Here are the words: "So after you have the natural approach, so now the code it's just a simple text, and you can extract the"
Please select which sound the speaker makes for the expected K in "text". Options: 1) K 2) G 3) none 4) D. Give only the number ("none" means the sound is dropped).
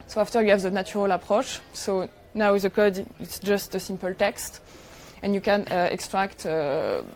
1